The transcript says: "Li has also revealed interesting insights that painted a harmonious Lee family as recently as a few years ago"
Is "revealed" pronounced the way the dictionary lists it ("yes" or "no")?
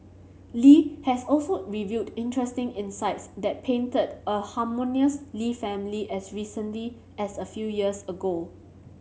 no